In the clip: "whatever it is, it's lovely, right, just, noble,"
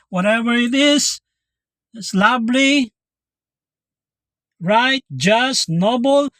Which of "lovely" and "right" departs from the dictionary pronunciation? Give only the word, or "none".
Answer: lovely